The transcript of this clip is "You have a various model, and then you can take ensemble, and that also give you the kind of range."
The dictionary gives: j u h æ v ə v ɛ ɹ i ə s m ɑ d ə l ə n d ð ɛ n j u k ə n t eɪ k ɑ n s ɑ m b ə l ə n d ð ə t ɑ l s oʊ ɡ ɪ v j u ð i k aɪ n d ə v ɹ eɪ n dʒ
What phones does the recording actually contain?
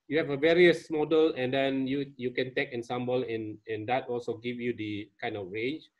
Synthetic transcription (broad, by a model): j u h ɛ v ə v ɛ ɹ i ə s m ɑ d ə l ə n d ɛ n j u k ə n t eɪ k ɑ n s ɑ m b ə l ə n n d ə t ɑ l s oʊ ɡ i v j u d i k aɪ n d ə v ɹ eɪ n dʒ